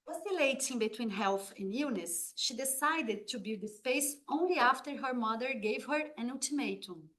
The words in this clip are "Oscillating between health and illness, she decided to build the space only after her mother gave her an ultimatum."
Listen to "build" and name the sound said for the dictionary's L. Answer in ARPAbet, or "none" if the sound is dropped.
none